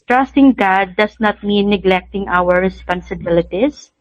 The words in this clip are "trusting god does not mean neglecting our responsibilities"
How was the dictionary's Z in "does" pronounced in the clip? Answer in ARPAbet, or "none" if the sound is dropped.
S